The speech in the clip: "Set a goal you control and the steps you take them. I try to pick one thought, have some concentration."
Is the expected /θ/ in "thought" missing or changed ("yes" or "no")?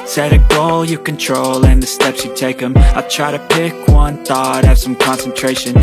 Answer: no